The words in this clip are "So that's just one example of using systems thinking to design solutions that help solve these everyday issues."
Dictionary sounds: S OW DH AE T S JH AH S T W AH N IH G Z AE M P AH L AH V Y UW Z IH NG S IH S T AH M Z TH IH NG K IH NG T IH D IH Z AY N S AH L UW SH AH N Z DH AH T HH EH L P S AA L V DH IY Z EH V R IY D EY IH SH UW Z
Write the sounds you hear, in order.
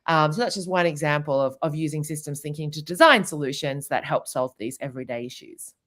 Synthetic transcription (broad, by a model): S OW DH AE T S JH AH S T W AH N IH G Z AE M P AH L AH V Y UW Z IH NG S IH S T AH M Z TH IH NG K IH NG T IH D IH Z AY N S AH L UW SH AH N Z DH AH T HH EH L P S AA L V DH IY Z EH V R IY D EY IH SH UW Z